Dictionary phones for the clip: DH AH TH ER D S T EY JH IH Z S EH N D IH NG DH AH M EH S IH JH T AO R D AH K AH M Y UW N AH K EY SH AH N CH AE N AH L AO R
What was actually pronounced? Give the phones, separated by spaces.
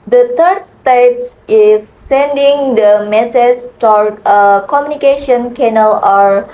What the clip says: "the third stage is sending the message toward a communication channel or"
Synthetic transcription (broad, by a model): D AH T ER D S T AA IH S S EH N D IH NG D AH M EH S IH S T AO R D AH K AH M Y UW N AH K EY SH AH N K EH N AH L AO R